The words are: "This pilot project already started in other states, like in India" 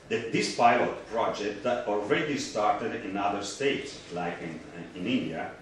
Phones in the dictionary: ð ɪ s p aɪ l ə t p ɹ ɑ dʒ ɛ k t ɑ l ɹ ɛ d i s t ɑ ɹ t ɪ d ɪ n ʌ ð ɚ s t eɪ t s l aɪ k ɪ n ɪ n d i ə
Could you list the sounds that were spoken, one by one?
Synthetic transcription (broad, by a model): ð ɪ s p aɪ l ə t p ɹ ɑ dʒ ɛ k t ɑ l ɹ ɛ d i s t ɑ ɹ t ɪ d ɪ n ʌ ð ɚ s t eɪ t s l aɪ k ɪ n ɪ n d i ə